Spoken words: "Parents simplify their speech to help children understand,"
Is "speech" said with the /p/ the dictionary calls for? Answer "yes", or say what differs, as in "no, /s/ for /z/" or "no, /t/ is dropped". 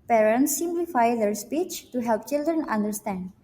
yes